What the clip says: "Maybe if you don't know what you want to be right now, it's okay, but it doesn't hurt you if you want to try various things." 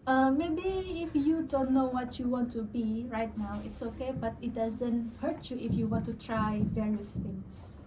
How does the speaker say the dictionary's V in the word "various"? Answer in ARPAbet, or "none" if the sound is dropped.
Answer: V